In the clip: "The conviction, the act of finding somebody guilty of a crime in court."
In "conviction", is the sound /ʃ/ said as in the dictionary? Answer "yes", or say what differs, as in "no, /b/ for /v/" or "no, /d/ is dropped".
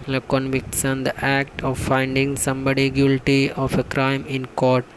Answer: no, /s/ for /ʃ/